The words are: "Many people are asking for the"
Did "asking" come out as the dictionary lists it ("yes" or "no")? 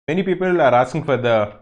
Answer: no